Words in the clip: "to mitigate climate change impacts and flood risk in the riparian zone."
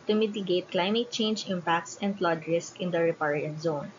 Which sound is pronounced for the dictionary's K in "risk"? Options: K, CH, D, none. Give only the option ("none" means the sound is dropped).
K